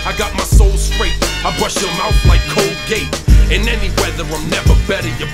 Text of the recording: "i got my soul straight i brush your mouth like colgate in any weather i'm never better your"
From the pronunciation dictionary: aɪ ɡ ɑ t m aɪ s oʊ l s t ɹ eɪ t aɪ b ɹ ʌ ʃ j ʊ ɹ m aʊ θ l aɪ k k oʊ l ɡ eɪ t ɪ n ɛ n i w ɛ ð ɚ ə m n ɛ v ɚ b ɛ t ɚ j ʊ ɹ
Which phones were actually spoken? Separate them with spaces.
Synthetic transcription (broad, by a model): aɪ ɡ ɑ t m aɪ s oʊ l s t ɹ eɪ t aɪ b ɹ ʌ ʃ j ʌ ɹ m aʊ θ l aɪ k k oʊ l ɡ eɪ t ɪ n ɛ n i w ɛ ð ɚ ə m n ɛ v ɚ b ɛ t ɚ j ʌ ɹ